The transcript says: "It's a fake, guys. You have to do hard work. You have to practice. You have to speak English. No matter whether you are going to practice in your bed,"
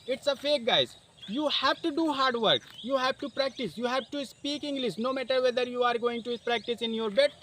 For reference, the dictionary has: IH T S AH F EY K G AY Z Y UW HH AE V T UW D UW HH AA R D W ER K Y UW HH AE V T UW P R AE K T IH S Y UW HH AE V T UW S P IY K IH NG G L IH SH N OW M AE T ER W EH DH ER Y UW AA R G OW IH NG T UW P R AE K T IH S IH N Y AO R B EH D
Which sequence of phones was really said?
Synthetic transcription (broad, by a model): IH T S AH F EY K G AY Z Y UW HH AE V T UW D UW HH AA R D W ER K Y UW HH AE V T UW P R AE K T IH S Y UW HH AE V T UW S P IY K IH NG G L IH S N OW M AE T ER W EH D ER Y UW AA R G OW IH NG T UW P R AE K T IH S IH N Y AO R B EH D